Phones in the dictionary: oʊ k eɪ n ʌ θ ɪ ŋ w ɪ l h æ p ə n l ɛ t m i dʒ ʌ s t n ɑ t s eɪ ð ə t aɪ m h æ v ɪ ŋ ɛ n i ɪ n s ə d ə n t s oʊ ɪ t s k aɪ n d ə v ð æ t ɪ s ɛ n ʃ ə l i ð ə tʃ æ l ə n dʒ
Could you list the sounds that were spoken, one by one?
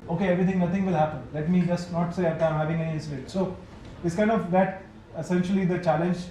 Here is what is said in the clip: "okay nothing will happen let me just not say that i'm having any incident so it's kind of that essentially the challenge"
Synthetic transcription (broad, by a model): oʊ k eɪ n ʌ t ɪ ŋ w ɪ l h æ p ə n l ɛ t m i dʒ ʌ s t n ɑ t s eɪ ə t aɪ m h æ v ɪ ŋ ɛ n i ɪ s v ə t s oʊ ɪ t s k aɪ n d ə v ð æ t ɪ s ɛ n ʃ ə l i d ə tʃ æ l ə n dʒ